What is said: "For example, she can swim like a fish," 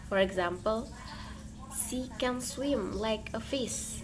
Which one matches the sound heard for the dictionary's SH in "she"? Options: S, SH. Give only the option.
S